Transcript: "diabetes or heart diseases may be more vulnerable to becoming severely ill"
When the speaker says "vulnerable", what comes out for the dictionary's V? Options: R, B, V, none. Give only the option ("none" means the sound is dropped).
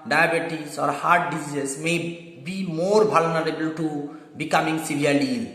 B